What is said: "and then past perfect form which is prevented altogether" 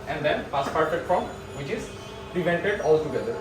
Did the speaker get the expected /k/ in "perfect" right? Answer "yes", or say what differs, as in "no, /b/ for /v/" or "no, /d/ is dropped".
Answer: no, /k/ is dropped